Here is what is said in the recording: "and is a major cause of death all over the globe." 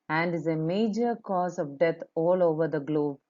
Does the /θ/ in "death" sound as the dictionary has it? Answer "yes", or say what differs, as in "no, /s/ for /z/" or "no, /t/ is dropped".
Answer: no, /t/ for /θ/